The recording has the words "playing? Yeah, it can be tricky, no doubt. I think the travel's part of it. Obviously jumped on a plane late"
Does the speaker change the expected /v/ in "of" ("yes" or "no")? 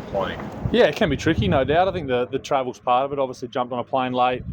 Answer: no